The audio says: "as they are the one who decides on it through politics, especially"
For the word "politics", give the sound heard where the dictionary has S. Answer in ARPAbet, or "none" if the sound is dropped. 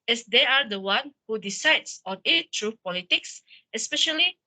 S